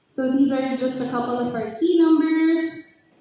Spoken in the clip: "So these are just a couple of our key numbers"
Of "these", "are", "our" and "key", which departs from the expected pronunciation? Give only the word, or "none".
none